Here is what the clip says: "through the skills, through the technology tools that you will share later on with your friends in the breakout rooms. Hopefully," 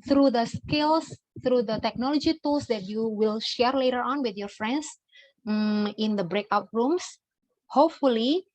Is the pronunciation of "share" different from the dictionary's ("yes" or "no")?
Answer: no